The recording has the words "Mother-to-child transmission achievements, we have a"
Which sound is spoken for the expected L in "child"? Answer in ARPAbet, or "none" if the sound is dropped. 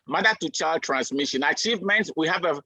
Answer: L